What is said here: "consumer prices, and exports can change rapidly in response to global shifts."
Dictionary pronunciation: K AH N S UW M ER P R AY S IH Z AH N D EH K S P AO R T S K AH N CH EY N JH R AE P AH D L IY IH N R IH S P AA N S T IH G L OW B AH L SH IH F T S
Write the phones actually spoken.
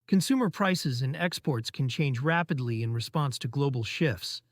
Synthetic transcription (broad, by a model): K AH N S UW M ER P R AY S IH Z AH N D EH K S P AO R T S K N CH EY N JH R AE P AH D L IY IH N R IH S P AA N S T IH G L OW B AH L SH IH F T S